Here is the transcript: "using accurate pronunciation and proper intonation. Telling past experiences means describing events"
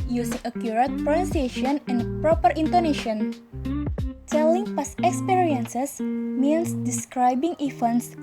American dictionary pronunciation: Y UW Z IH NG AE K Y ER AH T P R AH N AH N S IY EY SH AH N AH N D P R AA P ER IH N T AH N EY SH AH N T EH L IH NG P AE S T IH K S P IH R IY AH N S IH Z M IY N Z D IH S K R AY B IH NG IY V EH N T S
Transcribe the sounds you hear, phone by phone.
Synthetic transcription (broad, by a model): Y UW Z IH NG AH K Y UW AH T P R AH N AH N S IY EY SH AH N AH N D P R AA P ER IH N T AH N EY SH AH N T EH L IH NG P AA S IH K S P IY R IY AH N S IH S M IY N S D IH S K R AY B IH NG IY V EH N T S